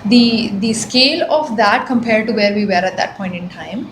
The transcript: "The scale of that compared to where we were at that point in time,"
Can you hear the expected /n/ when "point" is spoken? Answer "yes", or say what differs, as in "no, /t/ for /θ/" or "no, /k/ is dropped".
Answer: yes